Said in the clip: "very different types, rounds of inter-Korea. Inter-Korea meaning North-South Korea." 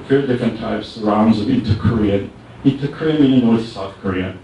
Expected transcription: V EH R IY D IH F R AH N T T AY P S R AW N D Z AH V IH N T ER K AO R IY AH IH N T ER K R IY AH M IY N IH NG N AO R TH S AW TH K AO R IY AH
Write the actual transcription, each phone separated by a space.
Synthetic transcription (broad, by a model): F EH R D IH F R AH N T T AY P S R AW N D Z AH V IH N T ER K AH R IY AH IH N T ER K R IY AH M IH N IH N AO R TH S AW TH K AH R IY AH